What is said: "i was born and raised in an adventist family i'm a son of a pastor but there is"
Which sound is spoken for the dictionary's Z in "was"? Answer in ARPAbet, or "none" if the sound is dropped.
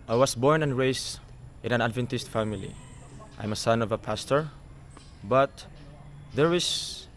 S